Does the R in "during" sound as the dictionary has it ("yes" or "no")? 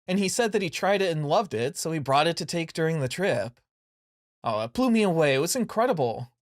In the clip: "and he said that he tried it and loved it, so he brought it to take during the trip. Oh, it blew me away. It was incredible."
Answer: yes